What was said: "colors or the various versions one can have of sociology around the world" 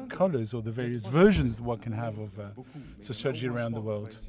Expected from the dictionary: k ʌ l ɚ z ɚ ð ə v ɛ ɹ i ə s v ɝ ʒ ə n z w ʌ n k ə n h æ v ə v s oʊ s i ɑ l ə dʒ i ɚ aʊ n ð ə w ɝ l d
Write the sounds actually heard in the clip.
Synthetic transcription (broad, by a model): k ʌ l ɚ z ɚ ð ə v ɛ ɹ i ə s v ɝ ʒ ə n z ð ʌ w k ə n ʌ v ə v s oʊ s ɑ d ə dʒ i ɚ aʊ n ð ə w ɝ l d